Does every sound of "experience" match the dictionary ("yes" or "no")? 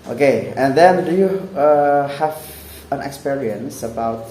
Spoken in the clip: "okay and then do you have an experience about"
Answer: yes